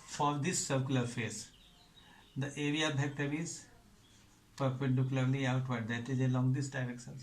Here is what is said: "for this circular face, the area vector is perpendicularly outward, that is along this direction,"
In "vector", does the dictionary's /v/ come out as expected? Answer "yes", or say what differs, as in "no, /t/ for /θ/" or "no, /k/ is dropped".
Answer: no, /b/ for /v/